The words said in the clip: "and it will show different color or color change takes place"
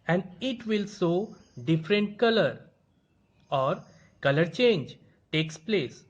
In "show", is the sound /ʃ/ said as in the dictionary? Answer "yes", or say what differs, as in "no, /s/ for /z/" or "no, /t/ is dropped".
no, /s/ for /ʃ/